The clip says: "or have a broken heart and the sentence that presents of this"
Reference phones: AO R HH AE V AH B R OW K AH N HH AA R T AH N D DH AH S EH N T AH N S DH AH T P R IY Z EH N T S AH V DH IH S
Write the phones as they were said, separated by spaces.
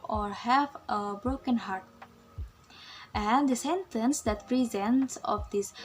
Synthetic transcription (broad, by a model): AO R HH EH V AH B R OW K AH N HH AA R T AH N D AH S EH N T AH N S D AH T P R IY Z EH N T S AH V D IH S